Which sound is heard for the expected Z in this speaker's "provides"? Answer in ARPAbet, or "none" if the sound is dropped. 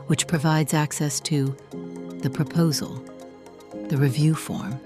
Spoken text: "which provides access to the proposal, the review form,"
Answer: Z